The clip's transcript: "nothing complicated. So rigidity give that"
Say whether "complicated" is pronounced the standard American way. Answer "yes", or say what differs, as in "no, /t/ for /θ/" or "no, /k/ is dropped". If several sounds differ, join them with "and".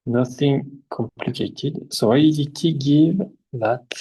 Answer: yes